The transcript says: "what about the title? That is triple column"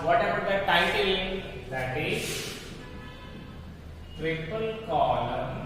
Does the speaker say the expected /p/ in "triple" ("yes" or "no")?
yes